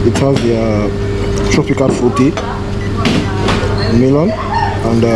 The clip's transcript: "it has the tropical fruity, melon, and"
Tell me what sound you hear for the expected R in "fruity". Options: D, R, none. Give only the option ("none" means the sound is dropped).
none